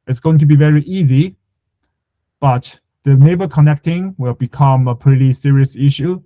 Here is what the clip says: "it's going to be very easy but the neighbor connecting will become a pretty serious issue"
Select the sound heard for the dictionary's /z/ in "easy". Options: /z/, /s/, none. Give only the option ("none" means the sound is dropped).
/z/